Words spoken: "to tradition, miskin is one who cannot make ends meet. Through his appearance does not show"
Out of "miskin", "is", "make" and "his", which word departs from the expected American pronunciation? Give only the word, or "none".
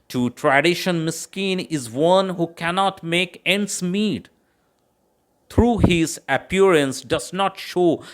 none